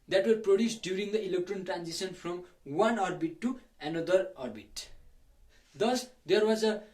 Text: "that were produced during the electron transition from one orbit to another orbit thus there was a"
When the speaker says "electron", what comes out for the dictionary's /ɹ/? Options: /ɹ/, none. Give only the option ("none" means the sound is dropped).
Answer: /ɹ/